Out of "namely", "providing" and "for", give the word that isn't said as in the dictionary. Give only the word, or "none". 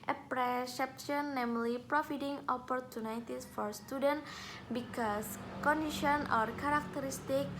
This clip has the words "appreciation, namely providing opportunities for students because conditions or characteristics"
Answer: providing